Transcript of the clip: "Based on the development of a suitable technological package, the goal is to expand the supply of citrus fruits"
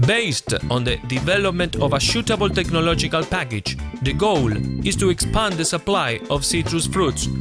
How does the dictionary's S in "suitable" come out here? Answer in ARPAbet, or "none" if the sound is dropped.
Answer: SH